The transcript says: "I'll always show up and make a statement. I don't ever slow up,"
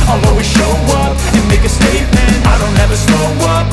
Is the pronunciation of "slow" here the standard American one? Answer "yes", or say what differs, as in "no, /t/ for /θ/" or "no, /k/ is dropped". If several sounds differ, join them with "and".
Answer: no, /n/ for /l/